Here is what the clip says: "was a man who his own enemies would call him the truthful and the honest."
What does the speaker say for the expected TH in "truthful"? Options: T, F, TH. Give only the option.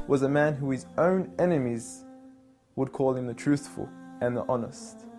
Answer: TH